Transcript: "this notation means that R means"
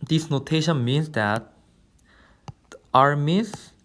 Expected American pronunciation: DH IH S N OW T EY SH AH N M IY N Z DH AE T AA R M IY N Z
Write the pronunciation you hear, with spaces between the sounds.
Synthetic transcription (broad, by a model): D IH S N OW T EY SH AH N M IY N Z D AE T AA R M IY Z